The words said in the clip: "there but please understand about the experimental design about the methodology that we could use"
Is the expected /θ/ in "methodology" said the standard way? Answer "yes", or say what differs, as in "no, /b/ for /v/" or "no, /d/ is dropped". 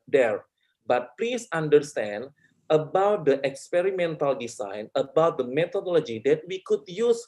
no, /t/ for /θ/